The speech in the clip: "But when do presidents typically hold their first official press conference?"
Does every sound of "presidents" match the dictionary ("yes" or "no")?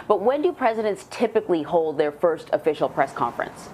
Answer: yes